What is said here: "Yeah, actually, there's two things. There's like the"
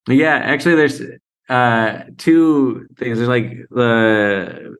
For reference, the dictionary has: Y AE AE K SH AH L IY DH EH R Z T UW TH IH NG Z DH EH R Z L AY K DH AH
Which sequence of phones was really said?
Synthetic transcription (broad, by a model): Y AE AE K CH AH L IY DH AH R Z T UW TH IH NG Z DH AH R Z L AY K DH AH